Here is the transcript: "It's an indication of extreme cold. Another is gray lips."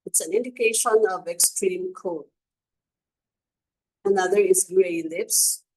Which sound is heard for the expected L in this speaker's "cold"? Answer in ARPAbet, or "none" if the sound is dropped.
none